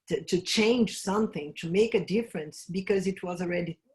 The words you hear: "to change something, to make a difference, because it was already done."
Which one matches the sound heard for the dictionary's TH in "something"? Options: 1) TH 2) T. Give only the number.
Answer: 1